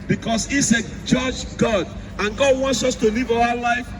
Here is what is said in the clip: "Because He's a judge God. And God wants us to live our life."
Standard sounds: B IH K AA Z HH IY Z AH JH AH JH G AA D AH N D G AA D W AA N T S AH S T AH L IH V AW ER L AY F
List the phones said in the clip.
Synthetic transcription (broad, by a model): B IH K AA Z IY S AH JH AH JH G AA D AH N G AA D W AA N T S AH S T AH L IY V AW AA L AY F